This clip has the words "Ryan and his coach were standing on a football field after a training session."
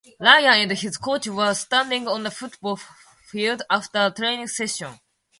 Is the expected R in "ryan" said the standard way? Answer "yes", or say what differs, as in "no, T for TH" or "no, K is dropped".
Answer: no, L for R